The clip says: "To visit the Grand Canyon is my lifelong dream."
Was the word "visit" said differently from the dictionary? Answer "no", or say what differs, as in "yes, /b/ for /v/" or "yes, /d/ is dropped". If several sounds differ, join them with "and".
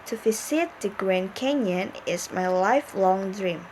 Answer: yes, /f/ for /v/ and /s/ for /z/